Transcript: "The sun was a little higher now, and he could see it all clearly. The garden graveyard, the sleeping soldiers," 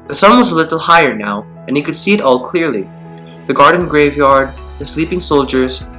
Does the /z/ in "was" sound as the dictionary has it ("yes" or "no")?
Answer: yes